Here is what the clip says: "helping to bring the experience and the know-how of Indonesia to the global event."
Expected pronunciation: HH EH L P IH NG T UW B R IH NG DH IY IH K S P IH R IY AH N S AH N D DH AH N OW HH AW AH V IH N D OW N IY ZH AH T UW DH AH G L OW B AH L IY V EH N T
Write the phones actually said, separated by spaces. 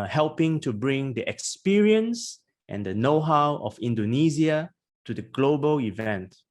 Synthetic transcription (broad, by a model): HH EH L P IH NG T UW B R IH NG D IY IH K S P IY R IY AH N S AH N D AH N OW HH AW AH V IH N D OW N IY Z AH T UW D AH G L OW B AH L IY V EH N T